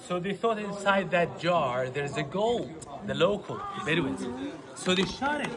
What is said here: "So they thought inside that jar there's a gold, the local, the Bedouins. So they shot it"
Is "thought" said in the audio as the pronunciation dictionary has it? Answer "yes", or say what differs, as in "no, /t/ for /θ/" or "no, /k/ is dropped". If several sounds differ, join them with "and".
yes